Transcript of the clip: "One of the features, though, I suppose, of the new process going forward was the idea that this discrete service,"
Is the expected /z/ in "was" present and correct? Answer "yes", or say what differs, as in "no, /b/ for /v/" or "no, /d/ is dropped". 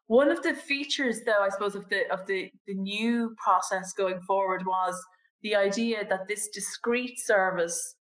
yes